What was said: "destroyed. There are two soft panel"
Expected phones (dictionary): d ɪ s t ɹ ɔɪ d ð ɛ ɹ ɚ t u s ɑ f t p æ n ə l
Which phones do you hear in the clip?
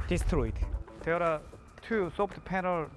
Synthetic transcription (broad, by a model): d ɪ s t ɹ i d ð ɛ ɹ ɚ t u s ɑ p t p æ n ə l